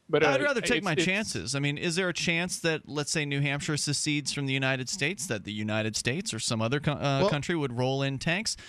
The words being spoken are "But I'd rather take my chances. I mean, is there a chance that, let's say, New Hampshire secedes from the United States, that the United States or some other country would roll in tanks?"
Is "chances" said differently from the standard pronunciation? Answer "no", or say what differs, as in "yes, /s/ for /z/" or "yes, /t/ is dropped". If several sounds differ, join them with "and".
no